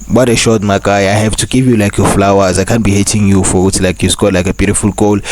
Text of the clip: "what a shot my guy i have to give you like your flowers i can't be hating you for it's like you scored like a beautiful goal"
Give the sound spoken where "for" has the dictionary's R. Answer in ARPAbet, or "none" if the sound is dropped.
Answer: W